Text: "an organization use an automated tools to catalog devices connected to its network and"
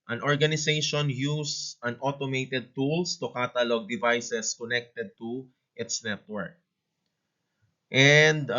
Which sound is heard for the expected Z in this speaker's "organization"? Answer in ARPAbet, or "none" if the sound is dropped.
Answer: S